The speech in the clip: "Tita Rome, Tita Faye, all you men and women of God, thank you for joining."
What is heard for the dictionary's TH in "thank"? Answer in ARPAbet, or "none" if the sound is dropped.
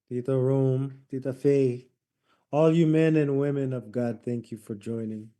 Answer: TH